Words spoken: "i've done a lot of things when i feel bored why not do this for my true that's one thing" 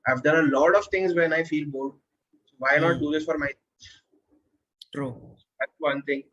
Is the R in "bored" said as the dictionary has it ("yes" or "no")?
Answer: no